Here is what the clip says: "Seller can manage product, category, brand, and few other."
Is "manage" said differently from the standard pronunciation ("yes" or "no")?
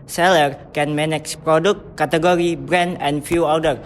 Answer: yes